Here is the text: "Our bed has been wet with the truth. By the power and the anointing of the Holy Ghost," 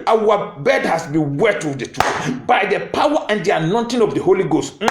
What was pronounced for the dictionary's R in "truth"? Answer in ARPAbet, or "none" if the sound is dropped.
none